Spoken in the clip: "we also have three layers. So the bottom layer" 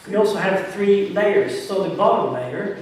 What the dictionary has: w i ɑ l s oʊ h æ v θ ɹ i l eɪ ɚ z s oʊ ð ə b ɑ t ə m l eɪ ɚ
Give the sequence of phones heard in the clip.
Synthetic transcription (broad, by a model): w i ɑ l s oʊ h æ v θ ɹ i l eɪ ɚ z s oʊ ð ə b ɑ t ə m l eɪ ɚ